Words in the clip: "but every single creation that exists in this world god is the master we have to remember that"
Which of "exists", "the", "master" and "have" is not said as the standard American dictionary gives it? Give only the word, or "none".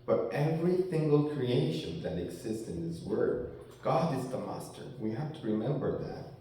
have